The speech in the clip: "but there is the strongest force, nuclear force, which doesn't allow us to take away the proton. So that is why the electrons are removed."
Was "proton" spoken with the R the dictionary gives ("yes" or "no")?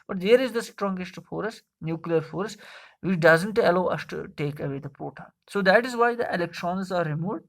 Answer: no